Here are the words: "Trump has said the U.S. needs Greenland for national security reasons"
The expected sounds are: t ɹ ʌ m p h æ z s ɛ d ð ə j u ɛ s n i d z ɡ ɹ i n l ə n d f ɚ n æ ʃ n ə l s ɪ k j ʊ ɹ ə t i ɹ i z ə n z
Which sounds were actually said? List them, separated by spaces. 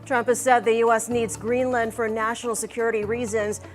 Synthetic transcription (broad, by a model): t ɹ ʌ m p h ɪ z s ɛ d ð ə j u ɛ s n i d z ɡ ɹ i n l ə n d f ɚ n æ ʃ n l s ɪ k j ʊ ɹ ə t i ɹ i z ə n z